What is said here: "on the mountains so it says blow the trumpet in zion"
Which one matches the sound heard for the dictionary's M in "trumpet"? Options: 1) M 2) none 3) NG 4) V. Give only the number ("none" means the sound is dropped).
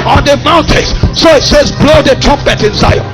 2